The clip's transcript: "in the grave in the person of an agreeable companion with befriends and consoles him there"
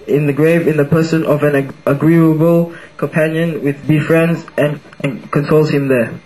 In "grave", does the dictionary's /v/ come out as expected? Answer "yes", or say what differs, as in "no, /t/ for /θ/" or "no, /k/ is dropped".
yes